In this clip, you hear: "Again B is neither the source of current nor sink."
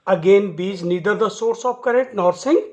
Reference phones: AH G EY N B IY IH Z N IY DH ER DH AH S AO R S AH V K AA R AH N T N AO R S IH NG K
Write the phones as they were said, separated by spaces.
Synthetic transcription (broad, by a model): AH G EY N B IY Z N IY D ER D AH S AO R S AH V K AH R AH T N AO R S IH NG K